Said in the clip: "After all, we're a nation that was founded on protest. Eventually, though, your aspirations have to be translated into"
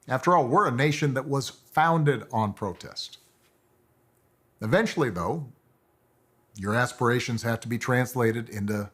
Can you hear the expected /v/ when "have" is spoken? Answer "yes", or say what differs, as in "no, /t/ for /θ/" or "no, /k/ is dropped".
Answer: no, /f/ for /v/